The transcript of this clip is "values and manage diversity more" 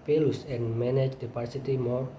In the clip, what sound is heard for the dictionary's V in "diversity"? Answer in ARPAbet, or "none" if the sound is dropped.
P